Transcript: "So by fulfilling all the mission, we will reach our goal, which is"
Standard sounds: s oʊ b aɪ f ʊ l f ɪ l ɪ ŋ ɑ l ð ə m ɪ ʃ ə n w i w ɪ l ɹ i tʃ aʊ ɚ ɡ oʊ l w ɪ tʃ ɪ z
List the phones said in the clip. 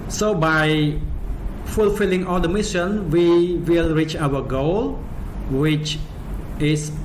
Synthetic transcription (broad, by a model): s oʊ b aɪ f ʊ l f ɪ l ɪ ŋ ɑ l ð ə m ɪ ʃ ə n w i w ɪ l ɹ i tʃ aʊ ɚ ɡ oʊ l w ɪ tʃ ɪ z